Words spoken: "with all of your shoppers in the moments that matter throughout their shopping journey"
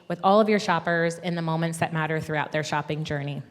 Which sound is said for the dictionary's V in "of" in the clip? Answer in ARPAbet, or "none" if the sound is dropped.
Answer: V